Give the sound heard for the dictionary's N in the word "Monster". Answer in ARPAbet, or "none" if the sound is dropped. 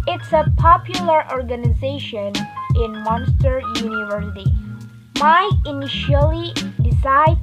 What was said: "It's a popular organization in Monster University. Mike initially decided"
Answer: N